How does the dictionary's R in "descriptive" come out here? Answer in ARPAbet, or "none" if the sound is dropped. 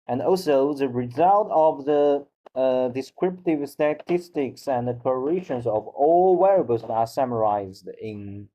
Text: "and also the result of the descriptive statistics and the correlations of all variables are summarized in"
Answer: R